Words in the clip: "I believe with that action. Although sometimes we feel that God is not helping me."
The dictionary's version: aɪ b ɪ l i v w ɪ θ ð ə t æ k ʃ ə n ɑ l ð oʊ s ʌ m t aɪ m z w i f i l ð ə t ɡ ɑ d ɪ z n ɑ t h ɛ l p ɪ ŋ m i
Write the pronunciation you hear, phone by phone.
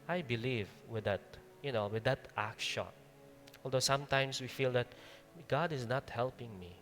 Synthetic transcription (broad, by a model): aɪ b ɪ l i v w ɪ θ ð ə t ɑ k ʃ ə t ɑ l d oʊ s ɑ m t aɪ m s w i f i l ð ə t ɡ ɑ d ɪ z n ɑ t h ɛ l p ɪ ŋ m i